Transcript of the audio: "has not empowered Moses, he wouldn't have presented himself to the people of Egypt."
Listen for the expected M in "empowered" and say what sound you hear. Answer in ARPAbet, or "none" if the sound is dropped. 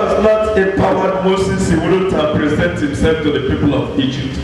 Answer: none